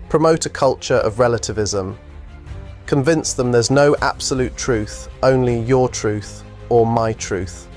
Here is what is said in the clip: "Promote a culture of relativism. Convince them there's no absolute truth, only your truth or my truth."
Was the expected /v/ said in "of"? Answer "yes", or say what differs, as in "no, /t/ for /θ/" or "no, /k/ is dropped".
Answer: yes